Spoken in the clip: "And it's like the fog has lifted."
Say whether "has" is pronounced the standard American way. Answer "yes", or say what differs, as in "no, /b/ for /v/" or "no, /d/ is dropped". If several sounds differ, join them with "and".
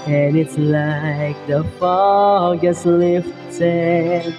no, /s/ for /z/